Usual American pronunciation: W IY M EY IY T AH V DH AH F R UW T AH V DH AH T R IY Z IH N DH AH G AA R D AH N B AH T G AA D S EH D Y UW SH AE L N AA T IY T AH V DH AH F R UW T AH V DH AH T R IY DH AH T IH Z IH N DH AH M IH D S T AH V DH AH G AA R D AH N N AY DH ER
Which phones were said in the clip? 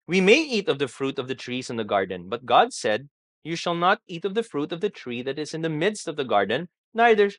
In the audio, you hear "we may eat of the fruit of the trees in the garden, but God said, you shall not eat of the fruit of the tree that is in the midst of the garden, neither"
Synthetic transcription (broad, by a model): W IY M EY IY T AH V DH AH F R UW T AH V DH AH T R IY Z IH N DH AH G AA R D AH N B AH T G AA D S EH D Y UW SH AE L N AA T IY T AH V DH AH F R UW T AH V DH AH T R IY DH AH T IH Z IH N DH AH M IH D S T AH V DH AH G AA R D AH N N AY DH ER